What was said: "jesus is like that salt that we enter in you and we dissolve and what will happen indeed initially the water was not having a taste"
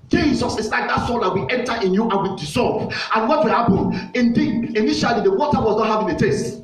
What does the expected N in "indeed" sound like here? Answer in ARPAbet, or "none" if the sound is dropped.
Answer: N